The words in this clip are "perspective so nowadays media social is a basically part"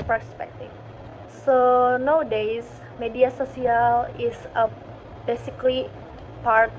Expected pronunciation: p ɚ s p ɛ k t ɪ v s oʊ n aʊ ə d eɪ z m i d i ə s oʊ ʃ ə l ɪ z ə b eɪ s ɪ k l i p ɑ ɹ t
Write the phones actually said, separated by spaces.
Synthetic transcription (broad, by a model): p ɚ s p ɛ k t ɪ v s oʊ n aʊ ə d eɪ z m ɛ d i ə s oʊ s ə l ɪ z ə b eɪ s ɪ k l i p ɑ ɹ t